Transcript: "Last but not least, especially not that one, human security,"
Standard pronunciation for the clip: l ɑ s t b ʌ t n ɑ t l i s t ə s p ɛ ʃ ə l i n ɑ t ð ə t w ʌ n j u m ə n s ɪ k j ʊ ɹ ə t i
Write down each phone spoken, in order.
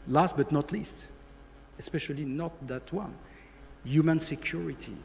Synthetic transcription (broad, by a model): l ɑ s t b ʌ t n ɑ t l i s t ə s p ɛ ʃ ə l i n ɑ t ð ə t w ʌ n j u m ə n s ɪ k j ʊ ɹ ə t i